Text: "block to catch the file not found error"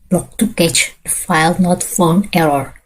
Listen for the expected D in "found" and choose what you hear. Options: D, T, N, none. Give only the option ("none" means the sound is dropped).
none